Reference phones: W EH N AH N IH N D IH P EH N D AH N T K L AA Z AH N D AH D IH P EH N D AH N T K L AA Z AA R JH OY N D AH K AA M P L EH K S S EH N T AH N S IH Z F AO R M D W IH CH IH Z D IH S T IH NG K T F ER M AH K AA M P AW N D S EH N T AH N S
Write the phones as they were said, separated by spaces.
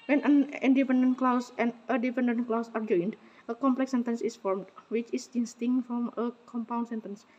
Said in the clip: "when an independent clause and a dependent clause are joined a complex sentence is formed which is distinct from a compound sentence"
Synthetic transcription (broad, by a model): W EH N AH N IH N D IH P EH N D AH N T K L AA S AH N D AH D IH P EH N D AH N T K L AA S AA R JH OY N D AH K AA M P L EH K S S EH N T AH N S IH S F AO R M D W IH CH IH S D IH S T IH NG T F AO M AH K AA M P AW N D S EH N T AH N S